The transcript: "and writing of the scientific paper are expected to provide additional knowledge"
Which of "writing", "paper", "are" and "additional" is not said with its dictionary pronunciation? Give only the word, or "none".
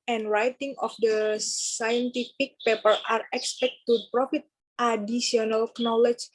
additional